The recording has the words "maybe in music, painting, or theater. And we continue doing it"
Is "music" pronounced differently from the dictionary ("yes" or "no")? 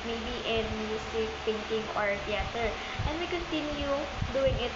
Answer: yes